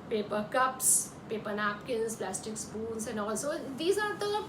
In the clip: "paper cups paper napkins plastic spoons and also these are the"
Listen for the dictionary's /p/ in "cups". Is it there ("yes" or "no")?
yes